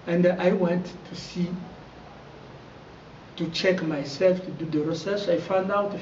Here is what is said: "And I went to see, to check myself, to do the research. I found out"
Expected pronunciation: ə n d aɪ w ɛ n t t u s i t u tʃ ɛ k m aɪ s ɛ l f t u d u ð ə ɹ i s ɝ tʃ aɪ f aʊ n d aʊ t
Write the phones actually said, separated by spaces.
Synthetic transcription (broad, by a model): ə n d aɪ w ɛ n t t u s i t u tʃ ɛ k m aɪ s ɛ l f t u d u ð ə ɹ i s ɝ s aɪ f aʊ n d aʊ t